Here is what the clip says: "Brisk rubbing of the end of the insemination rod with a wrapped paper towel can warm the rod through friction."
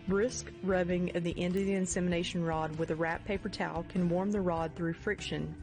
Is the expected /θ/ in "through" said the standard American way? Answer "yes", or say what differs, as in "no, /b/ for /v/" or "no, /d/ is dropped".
yes